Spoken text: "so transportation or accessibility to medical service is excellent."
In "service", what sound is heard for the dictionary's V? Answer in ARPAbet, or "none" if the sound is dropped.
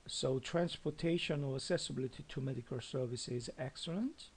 V